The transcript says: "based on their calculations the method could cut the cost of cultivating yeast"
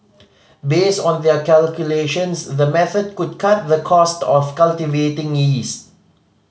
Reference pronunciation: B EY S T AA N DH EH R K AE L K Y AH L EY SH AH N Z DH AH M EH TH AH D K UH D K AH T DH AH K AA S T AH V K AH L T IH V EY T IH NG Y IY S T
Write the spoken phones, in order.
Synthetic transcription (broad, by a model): B EY S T AA N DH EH K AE L K Y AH L EY SH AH N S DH AH M EH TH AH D K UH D K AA T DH AH K AA S T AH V K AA L T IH V EY T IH NG IY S